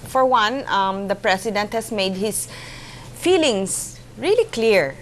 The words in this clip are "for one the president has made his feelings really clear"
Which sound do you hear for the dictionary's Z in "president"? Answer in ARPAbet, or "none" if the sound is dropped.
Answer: S